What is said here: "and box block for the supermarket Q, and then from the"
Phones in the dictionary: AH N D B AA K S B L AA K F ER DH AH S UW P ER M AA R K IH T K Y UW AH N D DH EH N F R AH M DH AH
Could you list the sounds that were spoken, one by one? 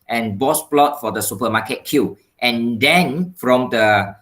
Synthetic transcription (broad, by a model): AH N B AA S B L AA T F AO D AH S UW P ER M AA K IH T K Y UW AH N D EH N F R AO M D AH